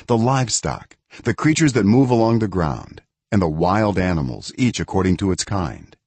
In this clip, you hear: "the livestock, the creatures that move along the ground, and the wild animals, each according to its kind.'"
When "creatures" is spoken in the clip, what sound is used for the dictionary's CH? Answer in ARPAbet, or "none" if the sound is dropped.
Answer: CH